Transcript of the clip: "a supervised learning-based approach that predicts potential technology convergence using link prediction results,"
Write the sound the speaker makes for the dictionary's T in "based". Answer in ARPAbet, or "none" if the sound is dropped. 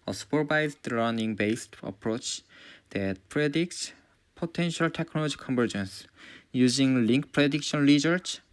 T